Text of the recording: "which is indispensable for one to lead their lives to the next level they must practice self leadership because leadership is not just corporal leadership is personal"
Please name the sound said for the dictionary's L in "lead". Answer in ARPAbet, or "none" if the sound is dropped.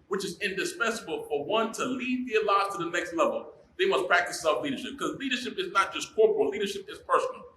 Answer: L